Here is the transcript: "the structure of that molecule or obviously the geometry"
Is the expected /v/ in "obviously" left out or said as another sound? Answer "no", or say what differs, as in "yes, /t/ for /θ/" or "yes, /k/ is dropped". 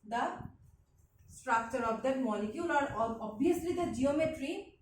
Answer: yes, /v/ is dropped